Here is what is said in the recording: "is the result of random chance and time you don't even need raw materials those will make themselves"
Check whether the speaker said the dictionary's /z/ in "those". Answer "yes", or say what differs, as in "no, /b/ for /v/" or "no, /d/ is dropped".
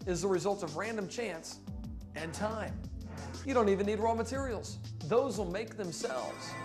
yes